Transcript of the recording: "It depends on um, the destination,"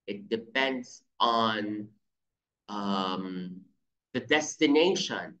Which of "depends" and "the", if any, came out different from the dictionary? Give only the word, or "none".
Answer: none